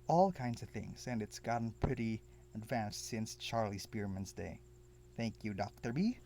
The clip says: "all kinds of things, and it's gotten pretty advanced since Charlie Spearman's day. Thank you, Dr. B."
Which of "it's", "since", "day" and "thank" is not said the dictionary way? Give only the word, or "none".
none